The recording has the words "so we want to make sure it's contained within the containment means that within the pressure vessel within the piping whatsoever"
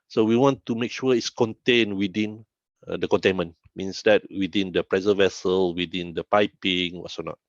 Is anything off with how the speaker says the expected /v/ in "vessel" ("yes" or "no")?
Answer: no